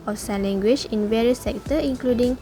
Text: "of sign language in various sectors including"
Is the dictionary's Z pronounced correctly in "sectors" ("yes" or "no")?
no